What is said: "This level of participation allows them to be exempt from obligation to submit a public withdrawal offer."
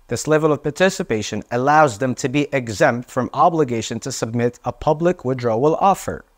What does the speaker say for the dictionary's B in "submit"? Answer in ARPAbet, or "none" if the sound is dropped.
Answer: B